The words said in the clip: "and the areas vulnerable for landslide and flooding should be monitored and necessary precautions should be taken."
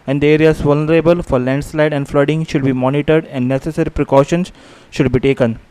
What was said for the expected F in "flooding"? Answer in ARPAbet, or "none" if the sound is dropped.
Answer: F